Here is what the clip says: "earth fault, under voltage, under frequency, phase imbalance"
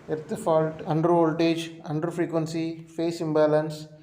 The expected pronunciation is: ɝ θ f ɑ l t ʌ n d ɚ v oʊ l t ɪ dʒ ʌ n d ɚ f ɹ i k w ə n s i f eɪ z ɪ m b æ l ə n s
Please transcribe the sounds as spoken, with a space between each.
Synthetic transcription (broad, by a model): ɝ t f ɑ l t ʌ n d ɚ v oʊ l t ɪ dʒ ʌ n d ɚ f ɹ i k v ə n s i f eɪ s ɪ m b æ l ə n s